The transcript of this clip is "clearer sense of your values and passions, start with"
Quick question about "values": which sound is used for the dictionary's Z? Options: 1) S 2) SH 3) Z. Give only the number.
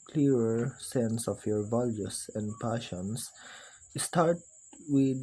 1